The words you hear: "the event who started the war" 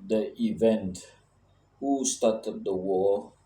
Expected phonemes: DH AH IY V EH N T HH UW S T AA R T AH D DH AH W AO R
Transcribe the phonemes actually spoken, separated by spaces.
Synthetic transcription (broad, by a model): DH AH IY V EH N T HH UW S T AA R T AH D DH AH W AO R